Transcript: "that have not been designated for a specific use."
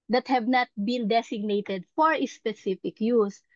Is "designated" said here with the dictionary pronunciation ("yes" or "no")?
no